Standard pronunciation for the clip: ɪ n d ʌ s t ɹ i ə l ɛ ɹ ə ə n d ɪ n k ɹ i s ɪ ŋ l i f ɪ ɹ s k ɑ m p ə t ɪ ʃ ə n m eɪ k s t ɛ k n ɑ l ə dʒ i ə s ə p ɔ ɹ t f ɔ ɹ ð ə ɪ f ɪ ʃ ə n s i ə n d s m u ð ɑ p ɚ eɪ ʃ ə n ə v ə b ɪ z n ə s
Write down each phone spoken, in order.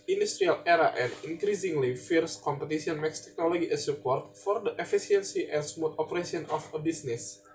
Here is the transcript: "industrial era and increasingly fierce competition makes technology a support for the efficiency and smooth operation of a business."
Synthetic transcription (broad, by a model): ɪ n d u s t ɹ i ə l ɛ ɹ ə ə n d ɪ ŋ k ɹ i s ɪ ŋ l i f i ɹ s k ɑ m p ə t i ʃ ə n m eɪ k s t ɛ k n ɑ l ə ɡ i ə s ə p ɔ ɹ t f ɔ ɹ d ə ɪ f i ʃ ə n s i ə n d s m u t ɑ p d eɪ s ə n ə f ə b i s n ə s